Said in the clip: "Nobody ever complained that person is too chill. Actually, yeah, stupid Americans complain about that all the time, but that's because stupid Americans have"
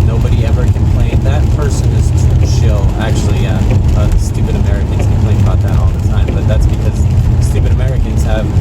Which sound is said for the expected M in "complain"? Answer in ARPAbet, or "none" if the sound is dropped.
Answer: none